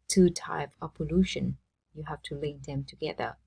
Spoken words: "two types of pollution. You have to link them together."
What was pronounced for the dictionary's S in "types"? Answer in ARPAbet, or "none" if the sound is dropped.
none